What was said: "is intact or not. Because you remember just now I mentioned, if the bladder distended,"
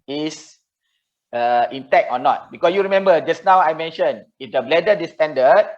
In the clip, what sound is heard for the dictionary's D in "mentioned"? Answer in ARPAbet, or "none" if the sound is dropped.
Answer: none